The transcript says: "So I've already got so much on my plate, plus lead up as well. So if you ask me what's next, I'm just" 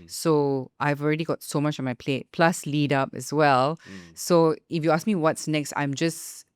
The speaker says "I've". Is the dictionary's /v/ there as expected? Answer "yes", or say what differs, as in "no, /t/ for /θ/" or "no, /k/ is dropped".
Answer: yes